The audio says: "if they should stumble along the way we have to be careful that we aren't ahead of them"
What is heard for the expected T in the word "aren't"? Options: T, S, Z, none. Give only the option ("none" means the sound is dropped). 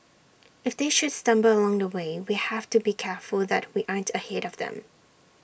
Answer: T